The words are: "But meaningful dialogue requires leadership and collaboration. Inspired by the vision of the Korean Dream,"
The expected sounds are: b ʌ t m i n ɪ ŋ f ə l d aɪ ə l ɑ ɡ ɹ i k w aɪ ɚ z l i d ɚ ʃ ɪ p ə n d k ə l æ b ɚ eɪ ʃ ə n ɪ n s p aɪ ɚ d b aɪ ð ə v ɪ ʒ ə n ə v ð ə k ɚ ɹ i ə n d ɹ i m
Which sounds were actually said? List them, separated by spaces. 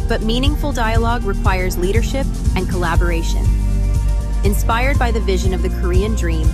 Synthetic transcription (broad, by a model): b ʌ t m i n ɪ ŋ f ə l d aɪ ə l ɑ ɡ ɹ i k w aɪ ɚ z l i d ɚ ʃ ɪ p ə n k ə l æ b ɚ eɪ ʃ ə n ɪ n s p aɪ ɚ d b aɪ ð ə v ɪ ʒ ə n ə v ð ə k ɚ ɹ i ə n d ɹ i m